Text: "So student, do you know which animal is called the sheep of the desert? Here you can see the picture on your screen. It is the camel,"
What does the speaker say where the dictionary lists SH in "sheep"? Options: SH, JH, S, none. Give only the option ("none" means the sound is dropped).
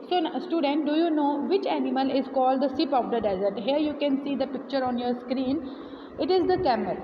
S